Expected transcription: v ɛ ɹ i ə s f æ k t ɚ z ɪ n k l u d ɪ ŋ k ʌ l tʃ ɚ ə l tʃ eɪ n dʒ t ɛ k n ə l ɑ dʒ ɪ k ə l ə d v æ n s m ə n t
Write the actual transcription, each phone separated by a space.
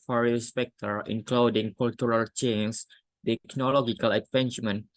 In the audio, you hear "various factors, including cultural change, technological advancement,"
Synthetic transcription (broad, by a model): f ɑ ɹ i s p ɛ k t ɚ ɪ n k l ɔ d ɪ ŋ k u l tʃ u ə l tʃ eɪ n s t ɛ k n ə l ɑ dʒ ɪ k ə l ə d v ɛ n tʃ m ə n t